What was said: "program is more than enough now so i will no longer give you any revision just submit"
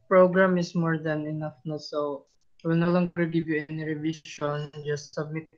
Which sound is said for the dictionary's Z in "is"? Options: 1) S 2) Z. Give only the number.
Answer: 1